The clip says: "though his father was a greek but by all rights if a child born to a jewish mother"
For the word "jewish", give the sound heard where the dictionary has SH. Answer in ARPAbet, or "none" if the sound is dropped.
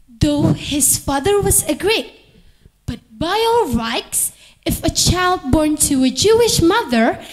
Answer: SH